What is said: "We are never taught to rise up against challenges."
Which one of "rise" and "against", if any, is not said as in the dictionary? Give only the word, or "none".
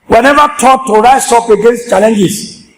rise